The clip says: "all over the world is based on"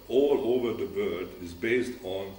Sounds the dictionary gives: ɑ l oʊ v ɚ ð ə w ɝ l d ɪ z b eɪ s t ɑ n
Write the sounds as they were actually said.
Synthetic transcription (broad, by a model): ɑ l oʊ v ɚ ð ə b ɝ d ɪ z b eɪ s t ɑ n